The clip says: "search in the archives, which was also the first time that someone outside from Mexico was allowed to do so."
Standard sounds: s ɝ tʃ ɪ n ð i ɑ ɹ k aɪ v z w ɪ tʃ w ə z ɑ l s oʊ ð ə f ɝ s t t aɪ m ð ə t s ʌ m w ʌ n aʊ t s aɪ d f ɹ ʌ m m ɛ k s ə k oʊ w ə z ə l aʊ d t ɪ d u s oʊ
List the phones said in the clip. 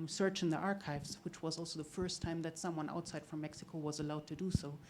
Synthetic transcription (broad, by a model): s ɝ tʃ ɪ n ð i ɑ ɹ k aɪ v z w ɪ tʃ w ə z ɑ l s oʊ ð ə f ɝ s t t aɪ m ð ə t s ʌ m w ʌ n aʊ t s aɪ d f ɹ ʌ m m ɛ k s ə k oʊ w ə z ə l aʊ d t ɪ d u s oʊ